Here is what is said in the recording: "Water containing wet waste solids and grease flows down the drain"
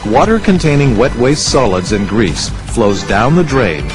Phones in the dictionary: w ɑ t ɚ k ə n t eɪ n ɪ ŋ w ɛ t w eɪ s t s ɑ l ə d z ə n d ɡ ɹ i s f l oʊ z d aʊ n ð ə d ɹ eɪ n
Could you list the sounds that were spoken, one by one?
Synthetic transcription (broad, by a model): w ɑ t ɚ k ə n t eɪ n ɪ ŋ w ɛ t w eɪ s s ɑ l ə d z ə n ɡ ɹ i s f l oʊ z d aʊ n ð ə d ɹ eɪ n